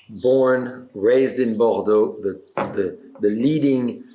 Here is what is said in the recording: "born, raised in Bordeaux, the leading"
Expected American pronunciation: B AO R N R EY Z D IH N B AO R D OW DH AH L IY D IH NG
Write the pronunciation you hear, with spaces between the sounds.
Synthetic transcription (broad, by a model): B AO R N R EY Z D IH N B AO R D OW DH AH L IY D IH NG